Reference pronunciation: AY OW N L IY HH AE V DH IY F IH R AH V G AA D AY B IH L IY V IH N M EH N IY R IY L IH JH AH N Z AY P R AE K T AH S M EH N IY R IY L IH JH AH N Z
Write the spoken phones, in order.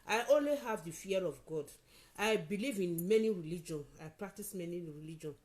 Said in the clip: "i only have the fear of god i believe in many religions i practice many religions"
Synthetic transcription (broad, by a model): AY OW N L IY HH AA V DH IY F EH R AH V G AA D AY B IH L IY V IH N M EH N IY R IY L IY JH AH N AY P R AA K T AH S M EH N IY R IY L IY JH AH N